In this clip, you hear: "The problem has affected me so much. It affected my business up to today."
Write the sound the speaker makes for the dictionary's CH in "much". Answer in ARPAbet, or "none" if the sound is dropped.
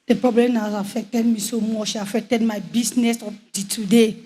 SH